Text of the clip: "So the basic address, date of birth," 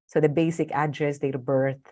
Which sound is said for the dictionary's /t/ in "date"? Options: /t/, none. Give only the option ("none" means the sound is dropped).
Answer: none